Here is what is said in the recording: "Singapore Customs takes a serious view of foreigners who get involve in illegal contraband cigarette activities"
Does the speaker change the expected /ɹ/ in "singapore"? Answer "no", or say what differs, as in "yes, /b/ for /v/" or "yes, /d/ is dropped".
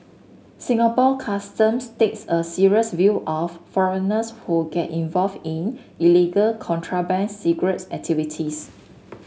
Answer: yes, /l/ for /ɹ/